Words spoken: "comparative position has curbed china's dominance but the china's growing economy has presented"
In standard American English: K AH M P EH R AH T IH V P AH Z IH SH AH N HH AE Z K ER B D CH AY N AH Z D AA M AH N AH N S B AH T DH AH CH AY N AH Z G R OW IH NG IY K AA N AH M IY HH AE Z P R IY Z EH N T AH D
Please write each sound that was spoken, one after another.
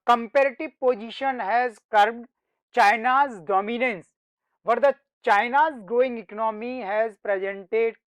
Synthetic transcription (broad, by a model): K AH M P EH R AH T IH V P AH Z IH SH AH N HH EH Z K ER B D CH AY N AH Z D AA M AH N AH N S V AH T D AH CH AY N AH Z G OW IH NG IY K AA N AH M IY HH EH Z P R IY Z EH N T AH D